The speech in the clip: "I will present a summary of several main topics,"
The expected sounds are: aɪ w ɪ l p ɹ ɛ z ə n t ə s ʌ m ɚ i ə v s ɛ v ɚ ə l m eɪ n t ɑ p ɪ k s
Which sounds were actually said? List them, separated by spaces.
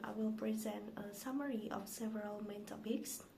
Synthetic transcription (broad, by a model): aɪ w ɪ l p ɹ ɛ z ə n t ə s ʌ m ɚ i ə f s ɛ v ɚ ə l m eɪ n t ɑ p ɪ k s